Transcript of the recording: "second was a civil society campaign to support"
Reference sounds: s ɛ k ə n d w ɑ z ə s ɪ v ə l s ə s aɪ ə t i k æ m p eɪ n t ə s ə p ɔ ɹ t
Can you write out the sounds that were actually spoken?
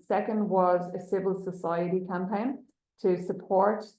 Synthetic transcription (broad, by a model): s ɛ k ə n d w ɑ z ə s ɪ v ə l s ə s aɪ ə t i k æ m p eɪ n t ə s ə p ɔ ɹ t